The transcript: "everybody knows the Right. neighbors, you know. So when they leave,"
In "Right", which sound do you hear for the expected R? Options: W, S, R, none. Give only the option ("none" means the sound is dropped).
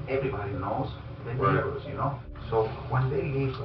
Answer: W